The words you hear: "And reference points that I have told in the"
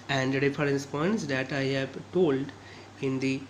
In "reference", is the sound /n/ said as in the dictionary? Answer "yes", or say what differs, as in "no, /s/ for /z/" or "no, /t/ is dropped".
no, /n/ is dropped